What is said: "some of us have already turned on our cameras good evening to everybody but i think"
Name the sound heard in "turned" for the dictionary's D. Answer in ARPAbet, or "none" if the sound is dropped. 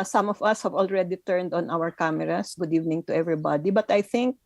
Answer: D